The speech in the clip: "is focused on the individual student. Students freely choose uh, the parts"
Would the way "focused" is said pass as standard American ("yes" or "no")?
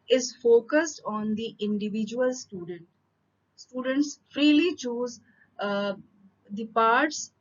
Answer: yes